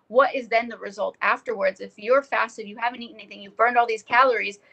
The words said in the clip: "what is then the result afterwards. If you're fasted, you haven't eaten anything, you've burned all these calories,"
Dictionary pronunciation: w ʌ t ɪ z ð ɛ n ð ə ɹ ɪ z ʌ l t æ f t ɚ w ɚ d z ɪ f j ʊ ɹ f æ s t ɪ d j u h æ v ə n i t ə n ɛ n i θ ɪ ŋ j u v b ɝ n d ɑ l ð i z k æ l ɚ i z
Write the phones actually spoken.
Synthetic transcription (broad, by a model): w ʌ t ɪ z ð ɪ n ð ə ɹ ɪ z ʌ l t æ f t ɚ w ɚ d z ɪ f j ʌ ɹ f æ s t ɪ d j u h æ v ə n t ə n ɛ n i θ ɪ ŋ j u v b ɝ n d ɑ l ð i z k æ l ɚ i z